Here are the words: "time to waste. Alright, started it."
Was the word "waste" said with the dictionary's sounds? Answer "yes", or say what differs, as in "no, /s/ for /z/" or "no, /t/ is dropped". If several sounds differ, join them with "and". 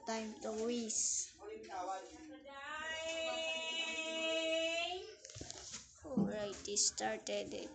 no, /t/ is dropped